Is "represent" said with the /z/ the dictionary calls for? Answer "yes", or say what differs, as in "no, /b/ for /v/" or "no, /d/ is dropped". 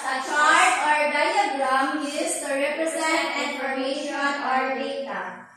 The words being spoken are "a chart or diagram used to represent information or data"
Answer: no, /s/ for /z/